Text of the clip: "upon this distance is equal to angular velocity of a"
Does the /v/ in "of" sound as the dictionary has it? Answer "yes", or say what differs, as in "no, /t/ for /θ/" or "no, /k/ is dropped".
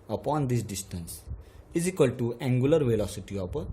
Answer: no, /p/ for /v/